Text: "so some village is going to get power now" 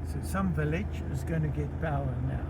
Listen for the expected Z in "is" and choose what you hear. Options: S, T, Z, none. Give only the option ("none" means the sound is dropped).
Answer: Z